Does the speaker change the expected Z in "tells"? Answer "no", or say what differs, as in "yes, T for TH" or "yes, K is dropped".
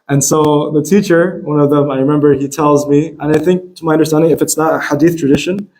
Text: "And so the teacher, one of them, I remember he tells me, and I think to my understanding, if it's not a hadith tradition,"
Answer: no